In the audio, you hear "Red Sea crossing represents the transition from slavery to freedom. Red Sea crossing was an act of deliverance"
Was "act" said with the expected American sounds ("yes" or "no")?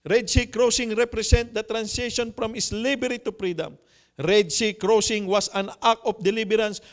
no